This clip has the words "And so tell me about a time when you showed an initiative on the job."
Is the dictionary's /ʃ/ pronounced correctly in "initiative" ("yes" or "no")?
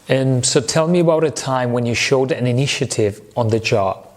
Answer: yes